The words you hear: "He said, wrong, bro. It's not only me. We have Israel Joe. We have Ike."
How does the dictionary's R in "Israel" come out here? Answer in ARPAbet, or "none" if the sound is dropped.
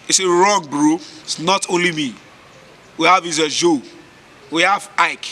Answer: none